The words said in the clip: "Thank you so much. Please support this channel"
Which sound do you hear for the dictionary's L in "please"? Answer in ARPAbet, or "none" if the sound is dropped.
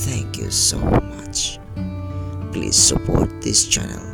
L